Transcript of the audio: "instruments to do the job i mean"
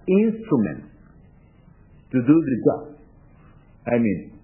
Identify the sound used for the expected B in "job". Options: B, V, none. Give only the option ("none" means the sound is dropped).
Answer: none